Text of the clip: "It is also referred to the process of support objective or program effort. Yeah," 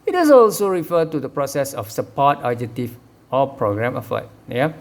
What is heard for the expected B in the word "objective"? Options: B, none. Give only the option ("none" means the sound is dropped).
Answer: none